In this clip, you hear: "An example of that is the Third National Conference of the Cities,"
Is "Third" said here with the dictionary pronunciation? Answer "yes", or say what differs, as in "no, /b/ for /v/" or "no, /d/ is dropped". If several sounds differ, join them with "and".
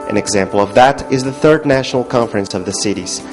yes